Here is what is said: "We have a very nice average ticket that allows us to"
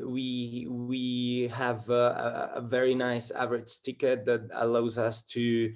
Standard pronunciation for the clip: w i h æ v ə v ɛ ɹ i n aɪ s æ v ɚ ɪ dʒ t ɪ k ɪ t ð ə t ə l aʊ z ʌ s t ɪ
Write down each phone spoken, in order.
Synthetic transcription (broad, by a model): w i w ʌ v ə v ɛ ɹ i n aɪ s æ v ɚ ɪ dʒ t ɪ k ɪ t ð ə t ə l aʊ z ʌ s t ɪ